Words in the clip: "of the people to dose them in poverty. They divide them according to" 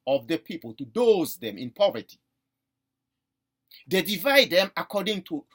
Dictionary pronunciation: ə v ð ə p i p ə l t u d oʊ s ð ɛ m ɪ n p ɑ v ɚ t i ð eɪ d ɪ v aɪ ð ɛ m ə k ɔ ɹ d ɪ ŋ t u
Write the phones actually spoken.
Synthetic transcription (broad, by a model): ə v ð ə p i p ə l t u d oʊ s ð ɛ m ɪ n p ɑ v ɚ t i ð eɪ d ɪ v aɪ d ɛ m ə k ɔ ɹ d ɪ ŋ t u